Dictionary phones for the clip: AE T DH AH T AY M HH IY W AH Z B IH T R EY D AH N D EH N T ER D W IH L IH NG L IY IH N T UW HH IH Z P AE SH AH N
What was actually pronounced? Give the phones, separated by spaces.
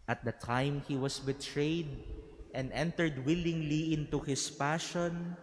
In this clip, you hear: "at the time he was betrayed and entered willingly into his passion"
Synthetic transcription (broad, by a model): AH T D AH T AY M HH IY W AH S B IH T R EY D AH N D EH N T ER D W IH L IH NG L IY IH N T UW HH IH S P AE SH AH N